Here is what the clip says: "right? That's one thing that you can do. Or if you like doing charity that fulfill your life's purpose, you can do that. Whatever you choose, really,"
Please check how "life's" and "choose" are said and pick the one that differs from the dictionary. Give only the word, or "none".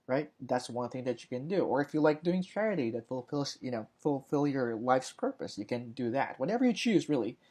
none